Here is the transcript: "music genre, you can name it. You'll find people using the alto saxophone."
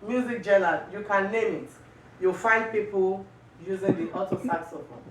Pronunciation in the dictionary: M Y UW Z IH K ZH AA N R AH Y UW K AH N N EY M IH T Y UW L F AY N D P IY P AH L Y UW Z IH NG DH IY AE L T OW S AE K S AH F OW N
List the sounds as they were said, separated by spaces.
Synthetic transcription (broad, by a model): M Y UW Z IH K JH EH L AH Y UW K AH N L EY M IH T Y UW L F AY N D P IY P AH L Y UW Z IH NG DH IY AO T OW S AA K S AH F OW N